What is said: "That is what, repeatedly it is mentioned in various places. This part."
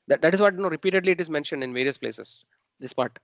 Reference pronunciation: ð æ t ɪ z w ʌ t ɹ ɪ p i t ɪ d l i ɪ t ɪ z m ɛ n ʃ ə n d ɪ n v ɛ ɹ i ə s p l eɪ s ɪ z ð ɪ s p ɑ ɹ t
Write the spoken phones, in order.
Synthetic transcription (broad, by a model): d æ t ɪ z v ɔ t ɹ ɪ p i t ɪ d l i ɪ t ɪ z m ɛ n ʃ ə n d ɪ n v ɛ ɹ i ə s p l eɪ s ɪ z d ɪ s p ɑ ɹ t